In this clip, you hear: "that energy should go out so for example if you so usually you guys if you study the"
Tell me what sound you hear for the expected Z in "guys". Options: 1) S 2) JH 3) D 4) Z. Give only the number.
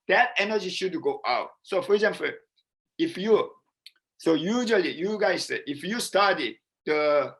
1